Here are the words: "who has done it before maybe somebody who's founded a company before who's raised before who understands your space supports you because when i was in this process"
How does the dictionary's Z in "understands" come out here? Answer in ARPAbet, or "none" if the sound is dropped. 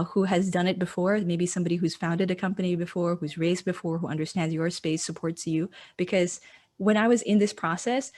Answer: Z